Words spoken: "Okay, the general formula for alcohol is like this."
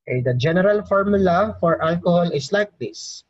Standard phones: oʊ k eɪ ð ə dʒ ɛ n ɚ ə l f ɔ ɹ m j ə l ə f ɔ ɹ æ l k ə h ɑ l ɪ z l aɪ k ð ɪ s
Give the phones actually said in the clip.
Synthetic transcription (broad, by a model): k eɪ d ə dʒ ɛ n ɚ ə l f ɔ ɹ m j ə l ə f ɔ ɹ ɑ l k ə h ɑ l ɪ s l aɪ k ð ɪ s